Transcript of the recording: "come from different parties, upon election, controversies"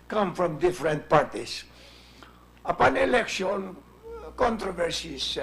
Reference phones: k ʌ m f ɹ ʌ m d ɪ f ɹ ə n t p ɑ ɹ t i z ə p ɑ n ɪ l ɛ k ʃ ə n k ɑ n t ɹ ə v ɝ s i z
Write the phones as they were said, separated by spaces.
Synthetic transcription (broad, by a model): k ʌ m f ɹ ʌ m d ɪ f ɹ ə n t p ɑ ɹ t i s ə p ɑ n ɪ l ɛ k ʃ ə n k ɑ n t ɹ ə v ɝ s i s